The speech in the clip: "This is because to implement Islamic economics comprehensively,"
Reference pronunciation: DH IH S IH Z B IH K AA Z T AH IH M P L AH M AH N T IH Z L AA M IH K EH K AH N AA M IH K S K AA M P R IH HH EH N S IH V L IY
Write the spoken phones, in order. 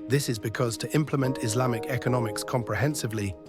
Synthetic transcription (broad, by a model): DH IH S IH Z B IH K AA Z T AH IH M P L AH M AH N T IH Z L AA M IH K EH K AH N AA M IH K S K AA M P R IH HH EH N S IH V L IY